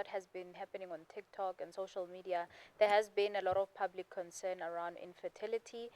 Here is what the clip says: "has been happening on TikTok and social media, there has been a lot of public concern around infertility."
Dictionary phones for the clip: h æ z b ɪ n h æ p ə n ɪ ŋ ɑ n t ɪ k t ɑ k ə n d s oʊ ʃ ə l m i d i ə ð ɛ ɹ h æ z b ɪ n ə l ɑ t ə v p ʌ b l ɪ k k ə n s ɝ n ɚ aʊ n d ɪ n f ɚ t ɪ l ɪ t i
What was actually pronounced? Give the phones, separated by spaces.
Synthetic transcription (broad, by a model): h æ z b ɪ n h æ p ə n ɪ ŋ ɑ n t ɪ k t ɑ k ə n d s oʊ ʃ ə l m i d i ə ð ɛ h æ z b ɪ n ə l ɑ t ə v p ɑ b l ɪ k k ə n s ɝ n ɚ aʊ n d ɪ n f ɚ t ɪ l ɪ t i